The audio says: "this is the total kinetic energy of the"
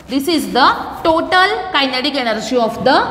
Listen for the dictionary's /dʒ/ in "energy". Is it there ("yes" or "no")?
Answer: no